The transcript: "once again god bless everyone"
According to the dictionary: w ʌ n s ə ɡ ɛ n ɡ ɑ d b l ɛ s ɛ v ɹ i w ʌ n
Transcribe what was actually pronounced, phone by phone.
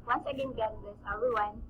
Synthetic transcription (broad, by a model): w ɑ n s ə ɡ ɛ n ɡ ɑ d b ɛ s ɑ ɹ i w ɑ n